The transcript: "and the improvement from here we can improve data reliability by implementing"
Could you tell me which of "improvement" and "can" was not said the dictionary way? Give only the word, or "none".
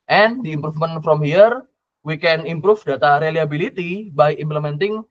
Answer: improvement